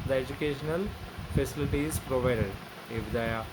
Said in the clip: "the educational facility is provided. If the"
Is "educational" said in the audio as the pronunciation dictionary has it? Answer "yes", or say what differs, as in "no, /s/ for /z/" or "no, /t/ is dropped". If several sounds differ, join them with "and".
yes